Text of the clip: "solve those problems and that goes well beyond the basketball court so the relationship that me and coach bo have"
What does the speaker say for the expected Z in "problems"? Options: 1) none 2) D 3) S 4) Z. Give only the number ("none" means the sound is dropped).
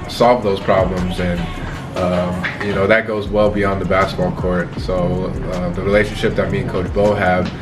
4